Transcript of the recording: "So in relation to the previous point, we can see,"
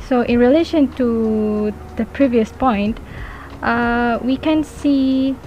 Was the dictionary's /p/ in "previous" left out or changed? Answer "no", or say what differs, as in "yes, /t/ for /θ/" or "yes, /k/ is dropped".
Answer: no